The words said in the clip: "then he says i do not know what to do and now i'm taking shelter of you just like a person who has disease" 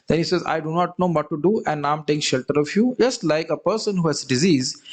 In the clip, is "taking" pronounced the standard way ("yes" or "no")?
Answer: no